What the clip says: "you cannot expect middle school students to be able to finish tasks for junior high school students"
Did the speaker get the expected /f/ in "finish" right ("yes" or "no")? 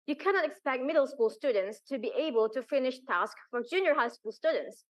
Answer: yes